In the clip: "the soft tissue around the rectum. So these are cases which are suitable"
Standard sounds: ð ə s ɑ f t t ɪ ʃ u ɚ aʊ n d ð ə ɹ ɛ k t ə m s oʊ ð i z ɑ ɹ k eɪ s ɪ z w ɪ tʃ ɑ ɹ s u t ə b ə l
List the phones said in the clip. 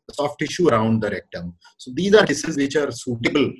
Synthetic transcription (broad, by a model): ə s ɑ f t t ɪ ʃ u ɚ aʊ n d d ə ɹ ɛ k t ə m s oʊ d i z ɑ ɹ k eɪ s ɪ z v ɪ tʃ ɑ ɹ s u t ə b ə l